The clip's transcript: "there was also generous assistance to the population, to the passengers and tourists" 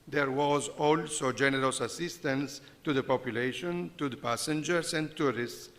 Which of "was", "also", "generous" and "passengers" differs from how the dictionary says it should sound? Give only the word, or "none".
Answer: passengers